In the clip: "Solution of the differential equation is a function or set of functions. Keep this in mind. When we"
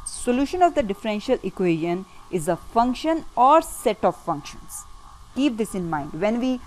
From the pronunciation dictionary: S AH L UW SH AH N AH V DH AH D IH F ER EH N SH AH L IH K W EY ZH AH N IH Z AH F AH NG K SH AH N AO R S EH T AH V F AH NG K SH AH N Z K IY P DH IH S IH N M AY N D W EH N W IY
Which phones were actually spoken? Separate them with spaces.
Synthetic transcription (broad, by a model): S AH L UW SH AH N AH V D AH D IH F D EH N SH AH L IH K W EY ZH AH N IH Z AH F AH NG K SH AH N AO R S EH T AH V F AH NG K SH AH N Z K IY P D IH S IH N M AY N D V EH N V IY